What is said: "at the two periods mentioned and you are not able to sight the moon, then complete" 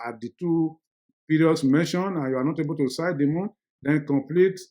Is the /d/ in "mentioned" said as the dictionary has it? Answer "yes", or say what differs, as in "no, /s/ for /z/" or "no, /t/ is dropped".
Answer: no, /d/ is dropped